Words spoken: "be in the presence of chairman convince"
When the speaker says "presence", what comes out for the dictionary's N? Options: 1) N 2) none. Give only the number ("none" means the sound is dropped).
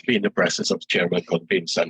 2